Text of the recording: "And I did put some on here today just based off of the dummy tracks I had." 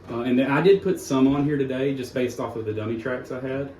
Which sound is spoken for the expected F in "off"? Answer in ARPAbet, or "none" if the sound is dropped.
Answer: F